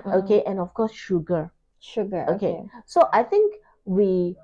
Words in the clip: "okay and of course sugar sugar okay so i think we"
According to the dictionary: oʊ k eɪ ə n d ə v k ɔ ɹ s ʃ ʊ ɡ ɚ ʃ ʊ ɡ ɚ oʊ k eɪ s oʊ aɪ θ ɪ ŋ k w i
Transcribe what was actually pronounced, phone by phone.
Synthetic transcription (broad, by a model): oʊ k eɪ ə n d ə f k ɔ s ʃ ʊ ɡ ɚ ʃ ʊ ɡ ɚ oʊ k eɪ s oʊ aɪ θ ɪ ŋ k w i